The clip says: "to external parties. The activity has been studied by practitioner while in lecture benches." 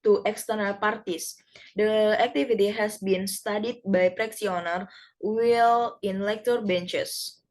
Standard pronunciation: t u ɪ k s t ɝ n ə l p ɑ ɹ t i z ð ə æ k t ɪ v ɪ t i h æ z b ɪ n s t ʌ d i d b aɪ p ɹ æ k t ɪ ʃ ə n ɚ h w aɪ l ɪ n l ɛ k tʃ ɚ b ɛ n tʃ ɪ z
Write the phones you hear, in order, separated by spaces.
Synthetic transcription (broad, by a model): t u ɪ k s t ɝ n ə l p ɑ ɹ t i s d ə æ k t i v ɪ t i h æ s b ɪ n s t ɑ d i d b aɪ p ɹ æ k s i ə n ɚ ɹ w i l ɪ n l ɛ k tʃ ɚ b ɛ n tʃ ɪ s